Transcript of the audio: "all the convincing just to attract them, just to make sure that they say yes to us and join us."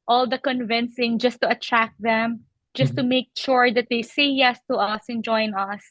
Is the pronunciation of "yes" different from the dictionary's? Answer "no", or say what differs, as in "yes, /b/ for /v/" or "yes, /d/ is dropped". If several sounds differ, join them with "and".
no